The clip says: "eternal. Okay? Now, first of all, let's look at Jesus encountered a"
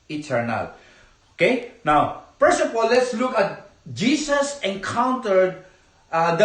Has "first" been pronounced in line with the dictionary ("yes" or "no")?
no